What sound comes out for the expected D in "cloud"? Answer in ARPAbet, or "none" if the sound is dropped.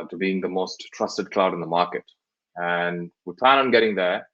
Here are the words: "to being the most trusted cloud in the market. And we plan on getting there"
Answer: D